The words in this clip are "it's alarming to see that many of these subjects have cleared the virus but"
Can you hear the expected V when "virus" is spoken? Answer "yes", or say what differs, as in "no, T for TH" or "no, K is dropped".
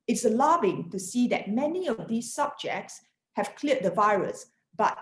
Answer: yes